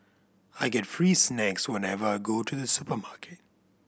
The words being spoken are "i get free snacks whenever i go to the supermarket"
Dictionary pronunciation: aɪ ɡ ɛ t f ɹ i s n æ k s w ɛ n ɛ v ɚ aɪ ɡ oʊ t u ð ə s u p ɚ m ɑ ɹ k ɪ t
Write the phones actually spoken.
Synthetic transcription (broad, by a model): aɪ ɡ ɛ t f ɹ i s n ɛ k s w ɛ n ɛ v ɚ aɪ ɡ oʊ t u ð ə s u p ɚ m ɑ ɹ k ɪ t